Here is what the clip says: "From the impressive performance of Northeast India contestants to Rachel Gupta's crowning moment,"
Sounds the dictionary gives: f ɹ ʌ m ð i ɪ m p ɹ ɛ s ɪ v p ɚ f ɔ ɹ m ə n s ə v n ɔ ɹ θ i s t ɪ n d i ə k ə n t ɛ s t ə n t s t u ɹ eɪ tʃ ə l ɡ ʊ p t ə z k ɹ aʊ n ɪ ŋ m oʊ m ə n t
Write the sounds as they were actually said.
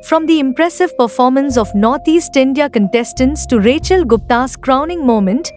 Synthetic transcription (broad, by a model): f ɹ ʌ m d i ɪ m p ɹ ɛ s ɪ v p ɚ f ɔ ɹ m ə n s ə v n ɔ ɹ t i s t ɪ n d i ə k ə n t ɛ s t ə n t s t u ɹ eɪ tʃ ə l ɡ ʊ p t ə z k ɹ aʊ n ɪ ŋ m oʊ m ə n t